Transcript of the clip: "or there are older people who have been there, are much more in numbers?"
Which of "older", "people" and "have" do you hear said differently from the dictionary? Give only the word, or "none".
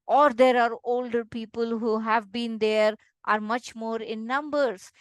none